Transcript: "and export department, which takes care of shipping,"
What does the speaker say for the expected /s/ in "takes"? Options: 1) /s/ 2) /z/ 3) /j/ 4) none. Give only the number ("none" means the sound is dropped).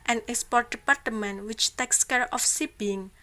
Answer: 1